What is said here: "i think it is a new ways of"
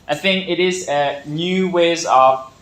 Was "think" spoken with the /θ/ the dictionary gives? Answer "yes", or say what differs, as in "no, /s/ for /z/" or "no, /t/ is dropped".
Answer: yes